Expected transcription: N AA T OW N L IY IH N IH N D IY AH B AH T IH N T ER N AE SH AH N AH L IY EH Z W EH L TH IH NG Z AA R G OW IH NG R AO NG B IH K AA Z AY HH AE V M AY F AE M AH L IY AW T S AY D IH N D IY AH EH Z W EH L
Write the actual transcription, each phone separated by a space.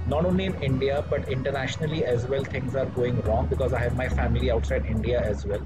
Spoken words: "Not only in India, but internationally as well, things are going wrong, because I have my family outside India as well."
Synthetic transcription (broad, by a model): N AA T OW N L IY IH N IH N D IY AH B AH T IH N T ER N AE SH AH N AH L IY EH Z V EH L T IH NG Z AA R G OW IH NG R AO NG B IH K AA Z AY HH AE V M AY F AE M AH L IY AW T S AY D IH N D IY AH EH Z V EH L